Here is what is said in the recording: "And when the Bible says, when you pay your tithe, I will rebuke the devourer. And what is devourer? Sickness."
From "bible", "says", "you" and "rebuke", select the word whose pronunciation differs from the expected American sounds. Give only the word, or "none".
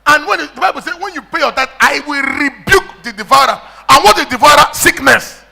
says